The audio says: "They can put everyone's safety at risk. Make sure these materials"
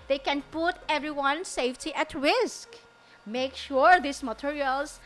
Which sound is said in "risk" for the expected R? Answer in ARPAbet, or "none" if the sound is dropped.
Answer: W